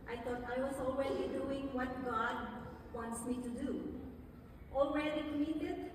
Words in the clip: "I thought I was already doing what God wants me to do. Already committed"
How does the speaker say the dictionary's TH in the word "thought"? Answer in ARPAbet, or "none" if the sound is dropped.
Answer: T